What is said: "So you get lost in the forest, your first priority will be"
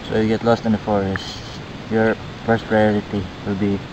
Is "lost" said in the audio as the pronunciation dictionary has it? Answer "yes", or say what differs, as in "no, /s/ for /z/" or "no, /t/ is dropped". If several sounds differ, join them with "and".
yes